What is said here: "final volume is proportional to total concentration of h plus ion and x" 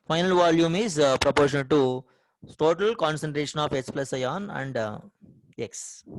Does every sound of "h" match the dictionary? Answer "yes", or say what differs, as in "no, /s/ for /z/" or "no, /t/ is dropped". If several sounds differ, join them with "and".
no, /s/ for /tʃ/